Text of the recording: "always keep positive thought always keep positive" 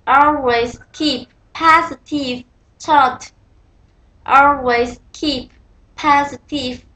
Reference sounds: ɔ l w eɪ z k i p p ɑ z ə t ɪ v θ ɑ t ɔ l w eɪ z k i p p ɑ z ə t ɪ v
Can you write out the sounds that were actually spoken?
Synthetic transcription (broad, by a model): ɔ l w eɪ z k i p p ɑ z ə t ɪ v t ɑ t ɔ l w eɪ z k i p p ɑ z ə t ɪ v